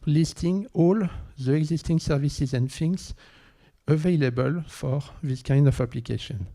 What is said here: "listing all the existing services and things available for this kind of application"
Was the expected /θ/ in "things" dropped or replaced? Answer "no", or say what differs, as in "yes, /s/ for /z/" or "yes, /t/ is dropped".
yes, /f/ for /θ/